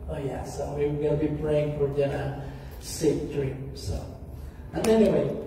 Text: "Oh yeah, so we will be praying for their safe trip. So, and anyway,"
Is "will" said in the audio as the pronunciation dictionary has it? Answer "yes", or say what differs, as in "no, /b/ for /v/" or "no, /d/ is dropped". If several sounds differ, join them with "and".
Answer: no, /n/ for /l/